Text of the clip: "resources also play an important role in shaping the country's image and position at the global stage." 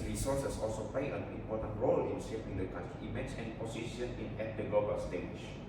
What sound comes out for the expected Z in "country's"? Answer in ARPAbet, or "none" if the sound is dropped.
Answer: none